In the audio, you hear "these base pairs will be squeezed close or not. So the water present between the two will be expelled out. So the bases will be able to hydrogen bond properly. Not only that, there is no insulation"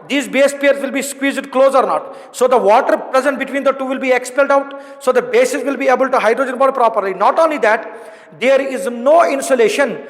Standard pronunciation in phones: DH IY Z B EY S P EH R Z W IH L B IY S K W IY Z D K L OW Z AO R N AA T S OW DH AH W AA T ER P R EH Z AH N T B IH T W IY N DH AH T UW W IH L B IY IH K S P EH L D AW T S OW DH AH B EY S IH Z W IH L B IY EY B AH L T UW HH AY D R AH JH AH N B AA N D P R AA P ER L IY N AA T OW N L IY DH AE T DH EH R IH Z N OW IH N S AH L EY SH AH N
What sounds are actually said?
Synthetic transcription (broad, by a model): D IY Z B EY S P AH R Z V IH L B IY S K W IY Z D K L OW Z AO R N AA T S OW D AH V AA T ER P R EH Z AH N T B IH T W IY N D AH T UW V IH L B IY IH K S P EH L D AW T S OW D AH B EY S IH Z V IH L B IY EY B AH L T UW HH AY D R AH JH AH N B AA D P R AA P ER L IY N AA T OW N L IY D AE T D EH R IH Z N OW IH N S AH L EY SH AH N